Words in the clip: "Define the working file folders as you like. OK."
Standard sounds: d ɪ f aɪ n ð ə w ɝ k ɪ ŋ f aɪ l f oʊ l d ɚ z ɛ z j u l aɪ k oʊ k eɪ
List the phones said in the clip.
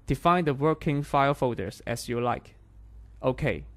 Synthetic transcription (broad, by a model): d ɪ f aɪ n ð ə w ɝ k ɪ ŋ f aɪ l f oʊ d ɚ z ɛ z j u l aɪ k oʊ k eɪ